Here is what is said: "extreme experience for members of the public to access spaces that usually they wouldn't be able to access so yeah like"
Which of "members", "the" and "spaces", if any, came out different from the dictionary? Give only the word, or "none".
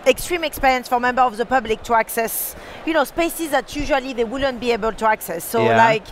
members